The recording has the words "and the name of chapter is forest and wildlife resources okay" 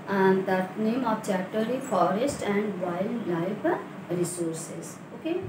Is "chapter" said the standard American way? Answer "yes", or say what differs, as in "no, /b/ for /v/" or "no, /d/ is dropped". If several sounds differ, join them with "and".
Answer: no, /p/ is dropped